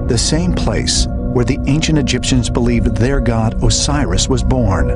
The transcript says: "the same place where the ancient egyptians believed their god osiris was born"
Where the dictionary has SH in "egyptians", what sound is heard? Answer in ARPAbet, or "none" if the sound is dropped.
SH